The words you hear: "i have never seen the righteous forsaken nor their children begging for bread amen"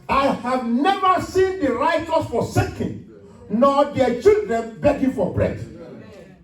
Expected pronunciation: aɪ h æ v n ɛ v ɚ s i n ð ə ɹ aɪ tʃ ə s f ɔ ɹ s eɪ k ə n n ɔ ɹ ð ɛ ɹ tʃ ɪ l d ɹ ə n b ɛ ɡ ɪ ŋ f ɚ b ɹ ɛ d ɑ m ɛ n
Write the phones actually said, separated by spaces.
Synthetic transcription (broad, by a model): aɪ h æ v n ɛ v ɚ s i n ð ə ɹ aɪ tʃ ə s f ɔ s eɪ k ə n n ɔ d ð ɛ tʃ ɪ l d ɹ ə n b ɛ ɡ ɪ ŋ f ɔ b ɹ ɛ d